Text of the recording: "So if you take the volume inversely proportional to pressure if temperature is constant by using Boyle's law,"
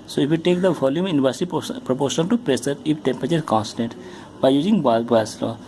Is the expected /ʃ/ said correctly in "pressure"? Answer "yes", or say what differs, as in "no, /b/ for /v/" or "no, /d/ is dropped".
no, /s/ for /ʃ/